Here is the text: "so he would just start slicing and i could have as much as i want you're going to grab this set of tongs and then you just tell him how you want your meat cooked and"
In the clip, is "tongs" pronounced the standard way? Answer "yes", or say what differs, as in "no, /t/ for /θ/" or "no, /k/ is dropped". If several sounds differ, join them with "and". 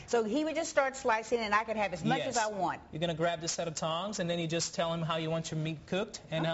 yes